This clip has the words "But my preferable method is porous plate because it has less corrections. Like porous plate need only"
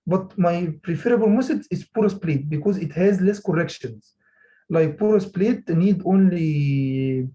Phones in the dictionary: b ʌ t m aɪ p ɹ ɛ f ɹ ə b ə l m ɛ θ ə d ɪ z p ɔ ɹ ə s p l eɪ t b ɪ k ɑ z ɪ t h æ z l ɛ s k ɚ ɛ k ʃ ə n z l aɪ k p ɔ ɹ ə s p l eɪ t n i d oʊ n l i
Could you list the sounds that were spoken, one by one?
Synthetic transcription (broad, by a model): b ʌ t m aɪ p ɹ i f ɹ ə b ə l m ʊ s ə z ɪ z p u ɹ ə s p l eɪ t b ɪ k ɑ z ɪ t h æ z l ɛ s k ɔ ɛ k ʃ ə n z l aɪ k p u ɹ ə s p l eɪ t n i d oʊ n l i